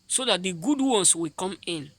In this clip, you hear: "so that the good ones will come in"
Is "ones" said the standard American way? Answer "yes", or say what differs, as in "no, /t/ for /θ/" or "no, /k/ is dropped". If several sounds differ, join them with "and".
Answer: no, /s/ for /z/